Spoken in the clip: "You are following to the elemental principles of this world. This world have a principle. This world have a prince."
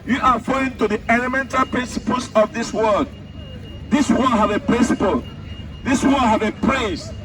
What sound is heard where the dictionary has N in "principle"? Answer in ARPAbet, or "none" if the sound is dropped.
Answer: N